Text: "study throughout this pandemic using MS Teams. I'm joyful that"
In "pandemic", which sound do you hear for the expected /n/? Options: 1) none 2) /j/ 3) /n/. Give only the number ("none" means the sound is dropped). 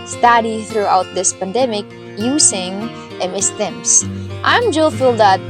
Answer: 3